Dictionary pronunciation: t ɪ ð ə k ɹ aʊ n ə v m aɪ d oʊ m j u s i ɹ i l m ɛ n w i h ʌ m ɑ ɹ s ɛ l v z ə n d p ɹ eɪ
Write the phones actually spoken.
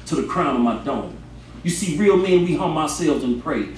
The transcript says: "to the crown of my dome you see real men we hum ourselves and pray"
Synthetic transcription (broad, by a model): t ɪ ð ə k ɹ aʊ n ə v m aɪ d oʊ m j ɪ s i ɹ i l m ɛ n w i h ʌ m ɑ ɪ s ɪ l z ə n p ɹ eɪ